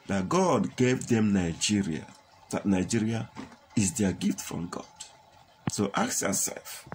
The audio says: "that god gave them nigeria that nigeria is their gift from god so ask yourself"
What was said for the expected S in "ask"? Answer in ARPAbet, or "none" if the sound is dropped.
none